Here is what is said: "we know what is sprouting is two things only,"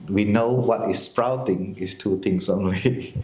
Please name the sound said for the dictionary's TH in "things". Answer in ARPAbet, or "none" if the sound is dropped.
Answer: T